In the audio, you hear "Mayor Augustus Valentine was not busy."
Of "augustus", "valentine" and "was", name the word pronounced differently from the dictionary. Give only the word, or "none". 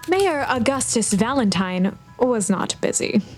none